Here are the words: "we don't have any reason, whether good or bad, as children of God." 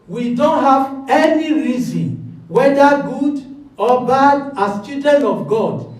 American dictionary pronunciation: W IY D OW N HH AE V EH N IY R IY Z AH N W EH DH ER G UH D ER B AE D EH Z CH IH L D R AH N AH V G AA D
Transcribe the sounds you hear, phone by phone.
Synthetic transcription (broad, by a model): W IY D OW N HH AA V EH N IY R IY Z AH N W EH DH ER G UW D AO B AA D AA S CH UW D AH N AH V G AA D